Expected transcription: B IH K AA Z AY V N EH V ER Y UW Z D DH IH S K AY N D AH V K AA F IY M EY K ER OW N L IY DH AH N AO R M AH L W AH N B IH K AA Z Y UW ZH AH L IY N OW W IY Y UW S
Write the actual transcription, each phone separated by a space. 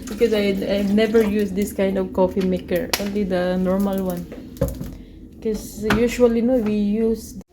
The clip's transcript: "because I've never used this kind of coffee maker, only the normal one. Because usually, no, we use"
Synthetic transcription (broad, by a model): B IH K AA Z AY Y N EH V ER Y UW S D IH S K AY N D AH V K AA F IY M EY K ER OW N L IY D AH N AO R M AH L W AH N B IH K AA S Y UW SH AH L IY N OW W IY Y UW S